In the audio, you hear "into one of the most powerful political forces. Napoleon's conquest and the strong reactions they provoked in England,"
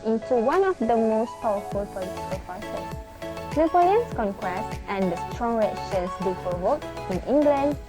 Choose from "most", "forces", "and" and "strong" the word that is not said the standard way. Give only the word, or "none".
forces